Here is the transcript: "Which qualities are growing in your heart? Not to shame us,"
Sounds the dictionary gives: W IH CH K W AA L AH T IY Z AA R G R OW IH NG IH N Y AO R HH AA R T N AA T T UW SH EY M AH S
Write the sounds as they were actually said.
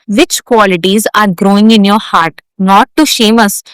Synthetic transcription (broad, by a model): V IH CH K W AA L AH T IY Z AA R G R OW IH NG IH N Y AO R HH AA R T N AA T T UW SH EY M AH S